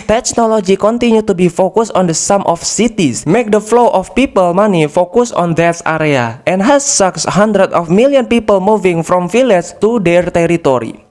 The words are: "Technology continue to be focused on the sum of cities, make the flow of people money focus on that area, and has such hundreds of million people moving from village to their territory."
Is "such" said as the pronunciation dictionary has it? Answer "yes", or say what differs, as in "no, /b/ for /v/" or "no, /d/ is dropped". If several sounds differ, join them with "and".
no, /s/ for /tʃ/